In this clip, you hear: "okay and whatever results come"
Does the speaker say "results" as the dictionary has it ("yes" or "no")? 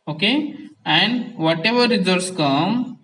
no